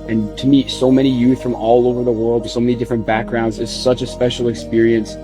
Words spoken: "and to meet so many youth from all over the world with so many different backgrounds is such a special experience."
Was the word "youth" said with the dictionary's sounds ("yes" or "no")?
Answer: yes